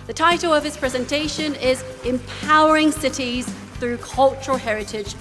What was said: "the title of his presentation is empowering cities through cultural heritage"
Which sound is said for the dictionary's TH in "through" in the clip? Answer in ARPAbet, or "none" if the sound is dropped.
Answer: TH